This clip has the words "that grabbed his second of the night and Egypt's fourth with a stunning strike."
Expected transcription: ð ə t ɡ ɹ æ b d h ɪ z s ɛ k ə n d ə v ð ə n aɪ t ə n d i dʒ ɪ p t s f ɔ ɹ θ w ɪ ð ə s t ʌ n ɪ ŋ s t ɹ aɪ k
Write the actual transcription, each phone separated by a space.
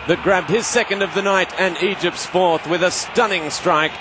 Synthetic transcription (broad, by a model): ð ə t ɡ ɹ æ b d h ɪ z s ɛ k ə n d ə v ð ə n aɪ t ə n i dʒ ɪ p t s f ɔ ɹ θ w ɪ ð ə s t ʌ n ɪ ŋ s t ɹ aɪ k